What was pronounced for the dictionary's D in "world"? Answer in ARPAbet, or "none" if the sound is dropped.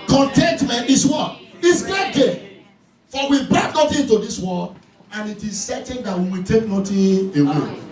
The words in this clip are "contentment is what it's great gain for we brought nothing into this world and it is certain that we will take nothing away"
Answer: none